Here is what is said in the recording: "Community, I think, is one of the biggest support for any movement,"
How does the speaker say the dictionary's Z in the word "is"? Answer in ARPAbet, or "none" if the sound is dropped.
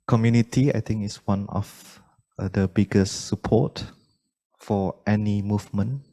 S